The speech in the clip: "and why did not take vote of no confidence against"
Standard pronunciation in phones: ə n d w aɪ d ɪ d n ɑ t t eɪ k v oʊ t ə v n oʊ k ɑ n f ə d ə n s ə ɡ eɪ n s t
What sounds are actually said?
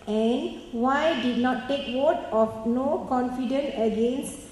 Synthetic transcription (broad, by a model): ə n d w aɪ d ɪ d n ɑ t t eɪ k w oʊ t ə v n oʊ k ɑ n f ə d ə n ə ɡ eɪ n s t